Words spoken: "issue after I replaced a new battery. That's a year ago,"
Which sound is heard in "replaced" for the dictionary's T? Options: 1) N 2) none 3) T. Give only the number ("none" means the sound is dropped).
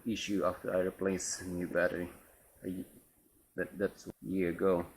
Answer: 2